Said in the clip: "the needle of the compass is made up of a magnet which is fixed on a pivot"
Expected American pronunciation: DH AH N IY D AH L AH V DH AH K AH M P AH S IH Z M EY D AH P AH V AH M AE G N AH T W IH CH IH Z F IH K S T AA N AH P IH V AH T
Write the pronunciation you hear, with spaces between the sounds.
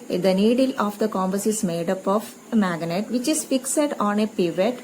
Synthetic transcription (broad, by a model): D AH N IY D AH L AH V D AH K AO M B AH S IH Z M EY D AH P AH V M AE G N AH T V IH CH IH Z F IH K S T AA N AH P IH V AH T